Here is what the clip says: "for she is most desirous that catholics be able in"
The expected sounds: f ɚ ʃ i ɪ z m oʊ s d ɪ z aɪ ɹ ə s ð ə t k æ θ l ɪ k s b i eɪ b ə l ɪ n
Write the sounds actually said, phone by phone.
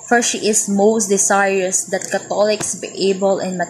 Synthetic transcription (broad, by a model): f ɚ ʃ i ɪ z m oʊ s d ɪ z aɪ ɹ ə s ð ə t k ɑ t l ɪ k s b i eɪ b ə l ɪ n